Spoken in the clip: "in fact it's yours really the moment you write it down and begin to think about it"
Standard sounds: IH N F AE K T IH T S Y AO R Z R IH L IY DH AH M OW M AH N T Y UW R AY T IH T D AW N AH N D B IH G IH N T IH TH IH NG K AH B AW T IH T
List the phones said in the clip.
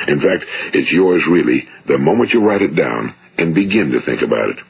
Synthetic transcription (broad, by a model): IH N F AE K T IH T S Y AO R Z R IH L IY DH AH M OW M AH N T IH R AY T IH T D AW N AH N B IH G IH N T IH TH IH NG K AH B AW T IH T